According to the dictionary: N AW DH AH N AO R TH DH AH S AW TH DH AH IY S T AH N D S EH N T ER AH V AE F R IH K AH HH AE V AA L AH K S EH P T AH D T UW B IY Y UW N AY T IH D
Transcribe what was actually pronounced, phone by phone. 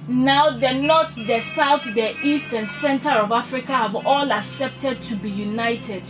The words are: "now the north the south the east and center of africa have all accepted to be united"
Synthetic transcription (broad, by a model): N AW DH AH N AO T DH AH S AW TH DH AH IY S T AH N S EH N T ER AH V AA F R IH K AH HH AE V AA L AH K S EH P T AH D T UW B IY Y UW N AY T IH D